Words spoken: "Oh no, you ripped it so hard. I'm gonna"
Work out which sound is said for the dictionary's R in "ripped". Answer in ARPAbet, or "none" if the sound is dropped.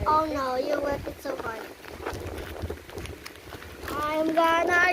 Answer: W